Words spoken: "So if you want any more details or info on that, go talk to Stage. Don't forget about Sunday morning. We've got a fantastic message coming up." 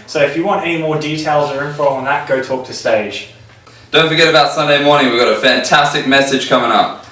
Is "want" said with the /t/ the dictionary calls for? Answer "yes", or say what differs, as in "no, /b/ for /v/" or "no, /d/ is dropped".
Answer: yes